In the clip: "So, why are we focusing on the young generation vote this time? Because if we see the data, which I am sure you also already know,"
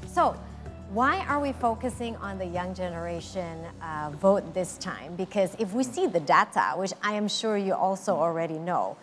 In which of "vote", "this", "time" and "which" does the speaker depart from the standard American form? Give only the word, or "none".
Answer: none